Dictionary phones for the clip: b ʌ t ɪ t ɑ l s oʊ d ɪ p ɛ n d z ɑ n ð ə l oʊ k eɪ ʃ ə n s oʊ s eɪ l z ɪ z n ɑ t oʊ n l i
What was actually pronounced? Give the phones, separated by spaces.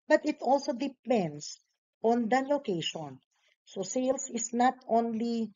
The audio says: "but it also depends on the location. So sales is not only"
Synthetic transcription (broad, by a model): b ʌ t ɪ t ɑ l s oʊ d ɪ p ɛ n d s ɑ n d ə l oʊ k eɪ ʃ ə n s oʊ s eɪ l s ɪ s n ɑ t oʊ n l i